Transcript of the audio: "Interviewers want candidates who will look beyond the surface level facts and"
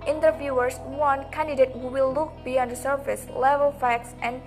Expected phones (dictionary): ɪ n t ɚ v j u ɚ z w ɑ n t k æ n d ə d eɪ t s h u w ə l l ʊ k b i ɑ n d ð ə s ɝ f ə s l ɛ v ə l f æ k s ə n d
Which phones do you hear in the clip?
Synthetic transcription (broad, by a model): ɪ n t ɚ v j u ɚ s w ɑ n k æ n d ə d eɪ t h u w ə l l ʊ k b i ɑ n d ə s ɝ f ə s l ɛ v ə l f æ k s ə n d